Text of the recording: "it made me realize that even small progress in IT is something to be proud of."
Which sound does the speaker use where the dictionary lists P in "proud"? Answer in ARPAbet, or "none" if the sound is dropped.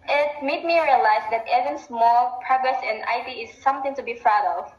F